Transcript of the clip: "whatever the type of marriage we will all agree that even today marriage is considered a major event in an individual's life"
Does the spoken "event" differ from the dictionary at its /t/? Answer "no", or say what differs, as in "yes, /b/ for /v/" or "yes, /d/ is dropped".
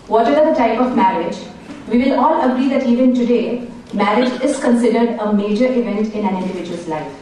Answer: no